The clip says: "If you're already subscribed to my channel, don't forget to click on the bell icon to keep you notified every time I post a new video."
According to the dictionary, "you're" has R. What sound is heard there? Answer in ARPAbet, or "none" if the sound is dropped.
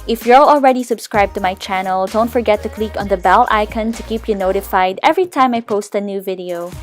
L